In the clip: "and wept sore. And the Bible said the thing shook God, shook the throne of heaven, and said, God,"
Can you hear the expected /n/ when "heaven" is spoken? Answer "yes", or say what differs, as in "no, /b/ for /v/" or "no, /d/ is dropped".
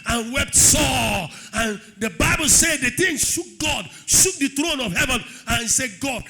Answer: yes